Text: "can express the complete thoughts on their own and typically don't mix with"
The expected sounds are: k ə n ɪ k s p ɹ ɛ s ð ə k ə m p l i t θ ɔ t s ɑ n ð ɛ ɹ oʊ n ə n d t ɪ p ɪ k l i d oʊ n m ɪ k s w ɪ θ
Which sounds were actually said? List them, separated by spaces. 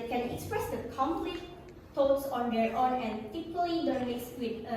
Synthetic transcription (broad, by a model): k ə n ɪ k s p ɹ ɛ s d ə k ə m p l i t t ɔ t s ɑ n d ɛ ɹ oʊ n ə n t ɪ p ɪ l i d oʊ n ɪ s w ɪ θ